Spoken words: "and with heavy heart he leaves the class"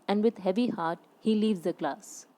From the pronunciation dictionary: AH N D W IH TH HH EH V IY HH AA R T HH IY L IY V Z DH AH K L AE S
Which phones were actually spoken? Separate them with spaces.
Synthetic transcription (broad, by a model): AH N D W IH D HH EH V IY HH AA R T HH IY L IY V Z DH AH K L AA S